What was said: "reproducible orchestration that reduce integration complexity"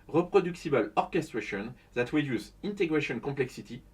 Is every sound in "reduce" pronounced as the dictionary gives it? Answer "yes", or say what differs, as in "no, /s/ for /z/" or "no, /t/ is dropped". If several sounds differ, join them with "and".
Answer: no, /w/ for /ɹ/